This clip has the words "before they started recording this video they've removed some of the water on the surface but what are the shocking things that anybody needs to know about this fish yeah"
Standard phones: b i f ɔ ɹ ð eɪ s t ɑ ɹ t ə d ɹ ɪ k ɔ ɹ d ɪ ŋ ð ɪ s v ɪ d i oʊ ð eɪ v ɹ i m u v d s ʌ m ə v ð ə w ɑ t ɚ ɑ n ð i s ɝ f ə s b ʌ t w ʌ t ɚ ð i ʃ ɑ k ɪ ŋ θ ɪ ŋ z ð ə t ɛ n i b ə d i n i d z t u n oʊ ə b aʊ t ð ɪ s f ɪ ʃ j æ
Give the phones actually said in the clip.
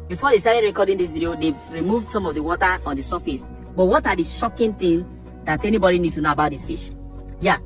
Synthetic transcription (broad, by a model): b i f ɔ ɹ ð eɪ s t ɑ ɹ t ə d ɹ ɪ k ɔ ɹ d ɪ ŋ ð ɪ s v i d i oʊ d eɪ ɹ i m u v d s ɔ m ə v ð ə w ɑ t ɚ ɑ n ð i s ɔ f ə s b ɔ t w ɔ t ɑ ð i ʃ ɑ k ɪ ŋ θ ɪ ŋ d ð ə t ɛ n i b ə d i n i d t u n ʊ ə b aʊ t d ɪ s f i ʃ j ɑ